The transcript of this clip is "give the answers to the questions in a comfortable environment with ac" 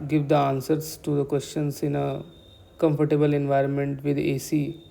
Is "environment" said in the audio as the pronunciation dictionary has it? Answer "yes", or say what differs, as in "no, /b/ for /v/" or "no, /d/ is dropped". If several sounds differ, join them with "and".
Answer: yes